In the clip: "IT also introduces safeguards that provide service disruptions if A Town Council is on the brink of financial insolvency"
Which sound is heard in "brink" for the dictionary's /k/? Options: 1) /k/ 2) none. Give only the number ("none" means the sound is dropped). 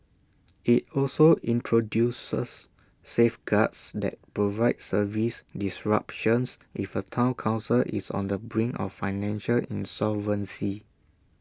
2